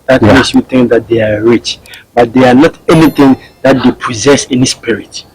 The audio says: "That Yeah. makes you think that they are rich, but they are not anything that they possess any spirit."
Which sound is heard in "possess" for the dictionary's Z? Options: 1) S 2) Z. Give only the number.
2